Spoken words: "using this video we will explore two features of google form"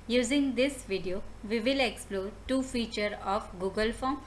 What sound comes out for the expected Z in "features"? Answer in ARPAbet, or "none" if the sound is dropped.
none